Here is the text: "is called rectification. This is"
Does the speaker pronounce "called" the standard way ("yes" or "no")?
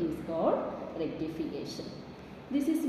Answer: no